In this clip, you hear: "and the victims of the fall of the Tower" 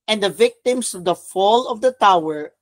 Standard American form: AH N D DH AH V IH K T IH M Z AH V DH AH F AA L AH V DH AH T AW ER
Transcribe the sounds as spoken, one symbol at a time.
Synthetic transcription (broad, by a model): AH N D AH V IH K T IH M S AH V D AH F AA L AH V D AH T AW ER